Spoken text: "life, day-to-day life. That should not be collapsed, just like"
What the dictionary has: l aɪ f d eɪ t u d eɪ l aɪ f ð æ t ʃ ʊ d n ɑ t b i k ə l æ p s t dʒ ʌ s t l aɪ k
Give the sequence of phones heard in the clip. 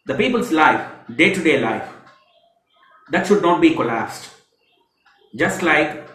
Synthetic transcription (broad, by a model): l aɪ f d eɪ t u d eɪ l aɪ f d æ t ʃ ʊ d n ɑ t b i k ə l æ s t dʒ ʌ s t l aɪ k